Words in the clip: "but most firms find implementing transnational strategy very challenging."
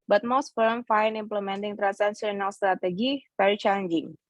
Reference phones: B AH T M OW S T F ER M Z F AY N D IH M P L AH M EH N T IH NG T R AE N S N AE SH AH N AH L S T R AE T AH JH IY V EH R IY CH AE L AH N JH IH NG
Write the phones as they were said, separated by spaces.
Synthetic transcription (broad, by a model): B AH T M OW S T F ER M F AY N IH M P L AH M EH N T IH NG T R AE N S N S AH N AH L S T R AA T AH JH IY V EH R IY CH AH N JH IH NG